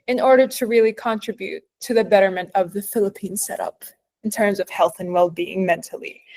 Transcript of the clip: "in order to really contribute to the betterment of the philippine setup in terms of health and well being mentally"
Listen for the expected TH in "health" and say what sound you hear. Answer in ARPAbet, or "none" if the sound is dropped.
TH